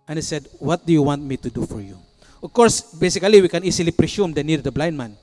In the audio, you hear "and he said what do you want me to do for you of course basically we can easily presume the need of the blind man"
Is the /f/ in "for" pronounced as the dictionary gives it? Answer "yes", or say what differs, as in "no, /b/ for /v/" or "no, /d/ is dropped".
yes